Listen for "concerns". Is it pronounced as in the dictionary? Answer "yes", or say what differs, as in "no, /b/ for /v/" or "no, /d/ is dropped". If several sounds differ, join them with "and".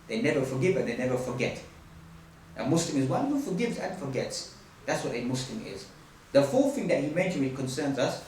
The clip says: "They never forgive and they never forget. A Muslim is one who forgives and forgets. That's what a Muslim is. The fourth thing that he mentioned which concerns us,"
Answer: yes